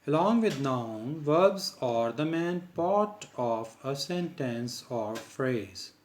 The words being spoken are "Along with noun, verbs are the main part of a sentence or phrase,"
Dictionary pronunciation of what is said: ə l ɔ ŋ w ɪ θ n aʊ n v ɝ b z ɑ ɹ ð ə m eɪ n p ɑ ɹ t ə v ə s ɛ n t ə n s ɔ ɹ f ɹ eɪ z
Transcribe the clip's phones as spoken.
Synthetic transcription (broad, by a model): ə l ɔ ŋ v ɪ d n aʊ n v ɝ b z ɑ ɹ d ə m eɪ n p ɑ ɹ t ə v ə s ɛ n t ə n s ɔ ɹ f ɹ eɪ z